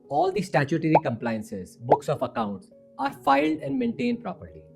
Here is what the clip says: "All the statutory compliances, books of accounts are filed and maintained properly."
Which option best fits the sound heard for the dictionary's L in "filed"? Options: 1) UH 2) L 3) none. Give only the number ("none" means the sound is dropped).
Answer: 2